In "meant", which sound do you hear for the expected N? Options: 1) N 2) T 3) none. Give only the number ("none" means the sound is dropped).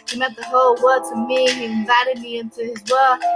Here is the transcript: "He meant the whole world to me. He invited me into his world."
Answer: 3